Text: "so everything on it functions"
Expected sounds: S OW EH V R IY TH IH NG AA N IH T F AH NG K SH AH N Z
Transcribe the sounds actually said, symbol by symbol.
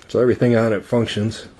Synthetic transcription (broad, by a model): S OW EH V R IY TH IH NG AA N IH T F AH NG K SH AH N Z